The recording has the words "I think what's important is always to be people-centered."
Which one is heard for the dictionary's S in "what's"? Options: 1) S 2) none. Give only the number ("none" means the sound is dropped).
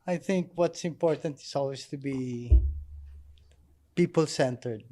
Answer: 1